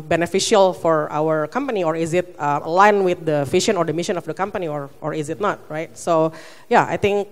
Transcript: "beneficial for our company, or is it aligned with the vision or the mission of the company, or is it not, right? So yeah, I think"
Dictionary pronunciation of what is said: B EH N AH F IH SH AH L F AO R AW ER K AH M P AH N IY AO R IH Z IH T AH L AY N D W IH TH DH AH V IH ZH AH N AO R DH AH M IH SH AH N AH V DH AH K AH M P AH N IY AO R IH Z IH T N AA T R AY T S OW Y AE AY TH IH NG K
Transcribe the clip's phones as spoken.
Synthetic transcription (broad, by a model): B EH N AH F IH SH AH L F AO R AW ER K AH M P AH N IY AO R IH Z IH T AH L AY N W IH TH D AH F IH SH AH N AO R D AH M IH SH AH N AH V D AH K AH M P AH N IY AO R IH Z IH T N AA T R AY T S OW Y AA AY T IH NG K